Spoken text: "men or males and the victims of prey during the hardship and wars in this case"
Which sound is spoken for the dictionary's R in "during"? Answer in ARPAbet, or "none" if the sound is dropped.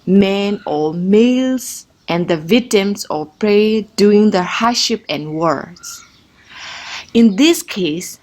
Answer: none